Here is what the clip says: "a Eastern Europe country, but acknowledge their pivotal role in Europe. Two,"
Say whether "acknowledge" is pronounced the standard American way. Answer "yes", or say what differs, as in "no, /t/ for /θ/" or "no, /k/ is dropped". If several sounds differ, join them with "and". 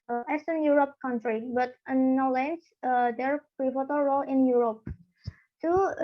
no, /k/ is dropped